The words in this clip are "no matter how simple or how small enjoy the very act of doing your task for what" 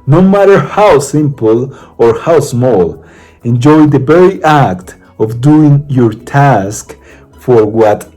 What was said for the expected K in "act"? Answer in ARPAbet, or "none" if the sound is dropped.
K